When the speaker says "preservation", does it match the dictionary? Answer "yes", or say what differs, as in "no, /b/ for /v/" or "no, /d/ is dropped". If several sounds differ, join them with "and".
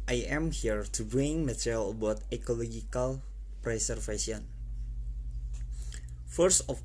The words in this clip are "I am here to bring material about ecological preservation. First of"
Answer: no, /s/ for /z/ and /f/ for /v/